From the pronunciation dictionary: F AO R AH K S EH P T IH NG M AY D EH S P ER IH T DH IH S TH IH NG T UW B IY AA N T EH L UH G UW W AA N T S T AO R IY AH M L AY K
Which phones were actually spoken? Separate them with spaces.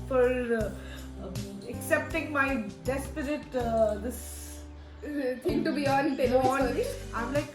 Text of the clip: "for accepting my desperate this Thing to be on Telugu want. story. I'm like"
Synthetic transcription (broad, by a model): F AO R AH K S EH P T IH NG M AY D EH S P ER IH T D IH S T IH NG T UW B IY AA N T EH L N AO IY AH M L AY K